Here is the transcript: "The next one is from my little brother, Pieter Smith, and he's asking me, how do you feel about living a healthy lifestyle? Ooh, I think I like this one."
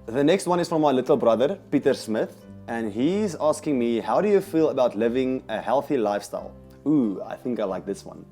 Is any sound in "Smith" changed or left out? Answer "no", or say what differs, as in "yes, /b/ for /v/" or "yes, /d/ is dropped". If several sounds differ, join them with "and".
no